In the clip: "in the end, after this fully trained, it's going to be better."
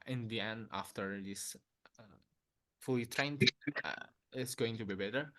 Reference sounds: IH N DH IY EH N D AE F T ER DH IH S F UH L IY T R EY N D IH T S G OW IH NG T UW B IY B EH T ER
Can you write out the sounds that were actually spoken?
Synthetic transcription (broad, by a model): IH N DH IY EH N AA F T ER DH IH S F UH L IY T R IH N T IH T S G OW IH NG T UW B IY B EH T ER